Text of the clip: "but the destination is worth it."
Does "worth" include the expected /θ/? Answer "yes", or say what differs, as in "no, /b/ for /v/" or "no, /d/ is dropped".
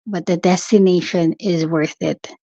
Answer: yes